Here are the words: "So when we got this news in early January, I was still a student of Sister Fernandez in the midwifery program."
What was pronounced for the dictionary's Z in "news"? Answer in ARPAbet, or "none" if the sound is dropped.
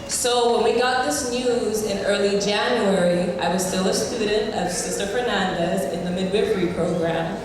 Z